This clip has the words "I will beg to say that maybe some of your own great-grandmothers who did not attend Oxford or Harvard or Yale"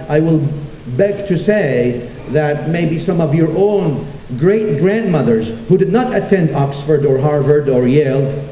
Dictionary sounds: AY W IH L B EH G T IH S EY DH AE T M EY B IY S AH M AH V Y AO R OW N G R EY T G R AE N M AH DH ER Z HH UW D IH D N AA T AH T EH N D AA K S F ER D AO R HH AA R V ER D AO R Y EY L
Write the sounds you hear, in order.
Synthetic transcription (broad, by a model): AY W IH L B EH G T IH S EY DH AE T M EY B IY S AH M AH V Y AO R OW N G R EY T G R AE N M AH DH ER Z HH UW D IH D N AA T AH T EH N D AA K S F ER D AO R HH AA R V ER D AO R Y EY L